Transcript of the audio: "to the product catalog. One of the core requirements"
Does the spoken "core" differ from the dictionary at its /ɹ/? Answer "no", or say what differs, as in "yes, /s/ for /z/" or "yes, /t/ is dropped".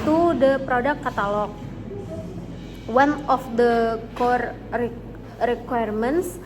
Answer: no